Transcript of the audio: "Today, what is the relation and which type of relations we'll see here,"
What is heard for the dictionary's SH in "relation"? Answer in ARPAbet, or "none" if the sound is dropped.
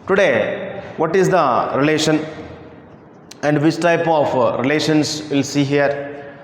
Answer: SH